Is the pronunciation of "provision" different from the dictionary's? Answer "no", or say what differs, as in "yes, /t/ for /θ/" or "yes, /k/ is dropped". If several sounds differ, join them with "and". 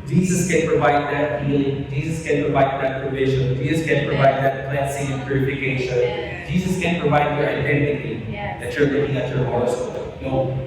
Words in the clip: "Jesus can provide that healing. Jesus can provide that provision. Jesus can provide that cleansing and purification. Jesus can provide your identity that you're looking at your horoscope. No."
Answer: no